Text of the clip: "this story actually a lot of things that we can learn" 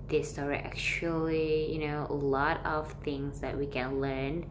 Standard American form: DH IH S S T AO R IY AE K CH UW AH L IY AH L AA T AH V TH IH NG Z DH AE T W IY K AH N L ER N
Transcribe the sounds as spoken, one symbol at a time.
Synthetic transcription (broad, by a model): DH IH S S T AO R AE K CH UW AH N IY AH L AA T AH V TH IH NG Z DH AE T W IY K AH N L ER N